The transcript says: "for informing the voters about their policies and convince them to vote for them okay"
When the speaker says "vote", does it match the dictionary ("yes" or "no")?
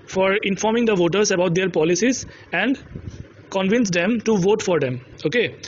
yes